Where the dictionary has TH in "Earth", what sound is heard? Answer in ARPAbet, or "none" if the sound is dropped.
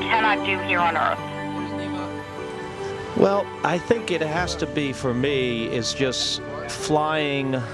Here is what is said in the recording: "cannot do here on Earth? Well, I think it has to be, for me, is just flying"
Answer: TH